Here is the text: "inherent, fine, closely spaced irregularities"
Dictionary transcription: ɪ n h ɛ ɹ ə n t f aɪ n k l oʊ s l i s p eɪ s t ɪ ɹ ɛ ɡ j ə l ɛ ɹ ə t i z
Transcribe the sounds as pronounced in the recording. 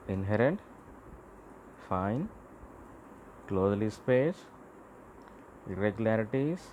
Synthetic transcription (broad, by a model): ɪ n h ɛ ɹ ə n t f aɪ n k l oʊ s l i s p eɪ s ɪ ɹ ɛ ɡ j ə l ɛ ɹ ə t i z